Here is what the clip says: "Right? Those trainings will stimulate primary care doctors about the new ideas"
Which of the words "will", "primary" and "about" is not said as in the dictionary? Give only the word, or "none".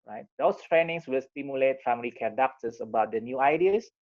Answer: primary